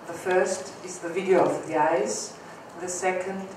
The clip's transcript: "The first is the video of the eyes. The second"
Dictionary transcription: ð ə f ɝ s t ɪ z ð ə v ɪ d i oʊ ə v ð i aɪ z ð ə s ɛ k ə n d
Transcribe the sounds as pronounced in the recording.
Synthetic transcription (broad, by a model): ð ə f ɝ s t ɪ z ð ə v ɪ d i oʊ ə v ð i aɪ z ð ə s ɛ k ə n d